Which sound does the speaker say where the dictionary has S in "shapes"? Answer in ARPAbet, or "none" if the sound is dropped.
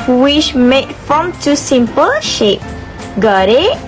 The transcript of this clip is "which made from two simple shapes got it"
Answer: none